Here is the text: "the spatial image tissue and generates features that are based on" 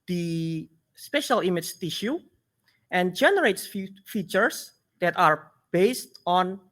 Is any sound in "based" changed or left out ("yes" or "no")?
no